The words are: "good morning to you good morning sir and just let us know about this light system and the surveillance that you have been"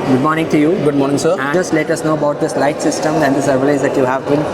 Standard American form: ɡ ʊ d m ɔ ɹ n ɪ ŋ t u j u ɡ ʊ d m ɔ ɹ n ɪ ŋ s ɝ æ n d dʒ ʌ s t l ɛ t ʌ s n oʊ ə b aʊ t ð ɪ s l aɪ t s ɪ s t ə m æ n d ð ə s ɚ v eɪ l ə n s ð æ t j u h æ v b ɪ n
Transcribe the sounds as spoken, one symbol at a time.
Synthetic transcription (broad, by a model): ɡ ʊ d m ɔ ɹ n ɪ ŋ t u j u ɡ ʊ d m ɔ ɹ n ɪ ŋ s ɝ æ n dʒ ʌ s t l ɛ t ʌ s n oʊ ə b aʊ t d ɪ s l aɪ t s ɪ s t ə m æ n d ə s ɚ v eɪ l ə s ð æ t j u h æ v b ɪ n